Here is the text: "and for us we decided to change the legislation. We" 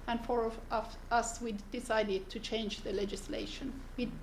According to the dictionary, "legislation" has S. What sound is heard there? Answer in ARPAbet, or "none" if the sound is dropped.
S